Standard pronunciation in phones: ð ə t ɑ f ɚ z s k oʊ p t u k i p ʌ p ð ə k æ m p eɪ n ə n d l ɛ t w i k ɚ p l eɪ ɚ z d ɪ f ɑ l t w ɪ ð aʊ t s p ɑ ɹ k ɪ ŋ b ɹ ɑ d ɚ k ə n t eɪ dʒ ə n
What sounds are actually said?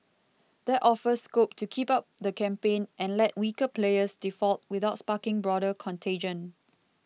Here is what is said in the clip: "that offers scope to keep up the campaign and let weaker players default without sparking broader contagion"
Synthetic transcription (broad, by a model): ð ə t ɑ f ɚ s k oʊ p t u k i p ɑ p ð ə k æ m p eɪ n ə n l ɛ t w i k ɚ p l eɪ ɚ s d ɪ f ɑ l t w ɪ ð aʊ t s p ɑ k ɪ ŋ b ɹ ɑ d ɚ k ə n t eɪ dʒ ə n